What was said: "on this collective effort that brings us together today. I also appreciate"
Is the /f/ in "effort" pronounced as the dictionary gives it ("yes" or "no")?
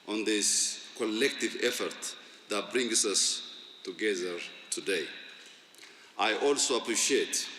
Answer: yes